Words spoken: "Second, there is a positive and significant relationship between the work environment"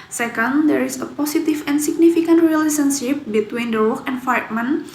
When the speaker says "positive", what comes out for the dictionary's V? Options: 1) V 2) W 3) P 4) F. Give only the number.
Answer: 4